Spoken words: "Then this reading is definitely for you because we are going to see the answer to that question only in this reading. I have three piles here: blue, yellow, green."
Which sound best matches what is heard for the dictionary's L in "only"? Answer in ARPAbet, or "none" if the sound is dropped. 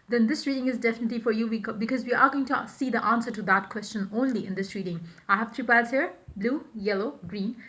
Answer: L